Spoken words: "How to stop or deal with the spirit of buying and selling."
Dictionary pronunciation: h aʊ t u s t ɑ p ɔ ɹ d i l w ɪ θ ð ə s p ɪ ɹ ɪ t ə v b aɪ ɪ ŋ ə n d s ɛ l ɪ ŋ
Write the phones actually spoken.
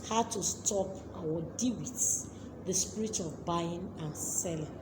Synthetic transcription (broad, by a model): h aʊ t u s t ɑ p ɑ w d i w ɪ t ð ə s p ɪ ɹ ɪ t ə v b aɪ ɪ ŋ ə n s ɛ l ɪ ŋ